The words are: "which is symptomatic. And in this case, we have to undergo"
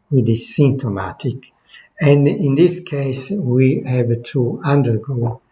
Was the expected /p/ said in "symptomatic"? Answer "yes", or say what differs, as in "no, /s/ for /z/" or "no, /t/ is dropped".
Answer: no, /p/ is dropped